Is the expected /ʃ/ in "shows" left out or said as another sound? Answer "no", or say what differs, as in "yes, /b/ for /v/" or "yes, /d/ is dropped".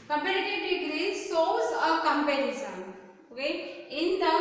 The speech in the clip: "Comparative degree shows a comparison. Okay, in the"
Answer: yes, /s/ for /ʃ/